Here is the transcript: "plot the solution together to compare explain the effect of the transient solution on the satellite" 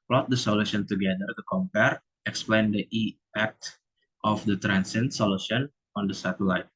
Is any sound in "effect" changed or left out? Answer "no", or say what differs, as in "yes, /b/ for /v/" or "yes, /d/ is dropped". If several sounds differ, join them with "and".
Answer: yes, /f/ is dropped